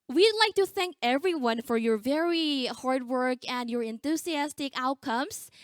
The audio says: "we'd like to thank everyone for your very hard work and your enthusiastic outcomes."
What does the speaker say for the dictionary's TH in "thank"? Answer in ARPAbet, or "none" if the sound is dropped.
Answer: TH